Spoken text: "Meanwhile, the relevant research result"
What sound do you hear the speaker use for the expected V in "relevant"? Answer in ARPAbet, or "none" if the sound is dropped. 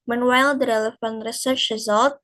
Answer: F